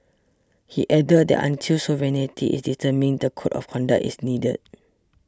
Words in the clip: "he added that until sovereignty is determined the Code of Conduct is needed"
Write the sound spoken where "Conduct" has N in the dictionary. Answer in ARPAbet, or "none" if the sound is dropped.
N